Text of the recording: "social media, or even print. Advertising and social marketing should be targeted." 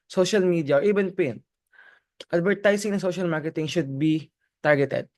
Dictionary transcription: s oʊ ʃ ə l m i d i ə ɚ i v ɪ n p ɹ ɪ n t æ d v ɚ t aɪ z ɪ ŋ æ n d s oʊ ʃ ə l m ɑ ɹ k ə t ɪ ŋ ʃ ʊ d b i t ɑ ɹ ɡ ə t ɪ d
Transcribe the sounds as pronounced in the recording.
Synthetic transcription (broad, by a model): s oʊ ʃ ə l m i d i ə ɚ i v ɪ n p ɪ n t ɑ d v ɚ t aɪ s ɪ ŋ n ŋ s oʊ ʃ ə l m ɑ ɹ k ə t ɪ ŋ ʃ ʊ d b i t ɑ ɹ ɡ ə t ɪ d